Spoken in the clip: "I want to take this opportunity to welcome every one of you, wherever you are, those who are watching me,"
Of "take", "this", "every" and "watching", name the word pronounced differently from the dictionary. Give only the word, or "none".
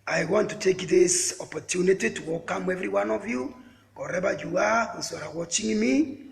none